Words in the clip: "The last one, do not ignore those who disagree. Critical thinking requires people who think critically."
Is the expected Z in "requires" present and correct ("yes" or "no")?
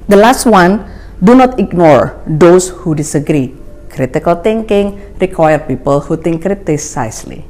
no